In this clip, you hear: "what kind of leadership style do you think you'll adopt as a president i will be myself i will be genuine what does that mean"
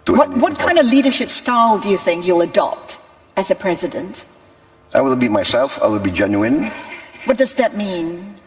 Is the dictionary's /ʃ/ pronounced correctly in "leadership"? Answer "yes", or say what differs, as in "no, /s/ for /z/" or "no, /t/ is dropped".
yes